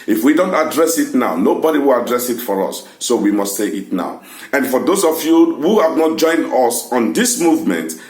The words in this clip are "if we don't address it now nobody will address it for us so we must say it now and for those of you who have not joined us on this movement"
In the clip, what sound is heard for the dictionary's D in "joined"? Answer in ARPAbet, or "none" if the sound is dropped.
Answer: D